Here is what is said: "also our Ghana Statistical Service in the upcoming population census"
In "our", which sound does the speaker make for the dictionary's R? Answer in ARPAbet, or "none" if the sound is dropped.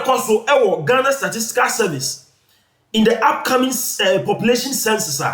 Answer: W